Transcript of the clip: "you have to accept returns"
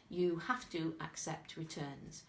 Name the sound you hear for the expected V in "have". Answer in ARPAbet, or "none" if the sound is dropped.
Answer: F